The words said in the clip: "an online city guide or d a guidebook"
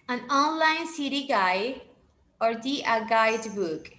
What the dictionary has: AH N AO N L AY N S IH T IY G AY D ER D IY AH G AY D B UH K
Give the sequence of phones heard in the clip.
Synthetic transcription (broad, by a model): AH N AO N L AY N S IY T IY G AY ER D IY AH G AY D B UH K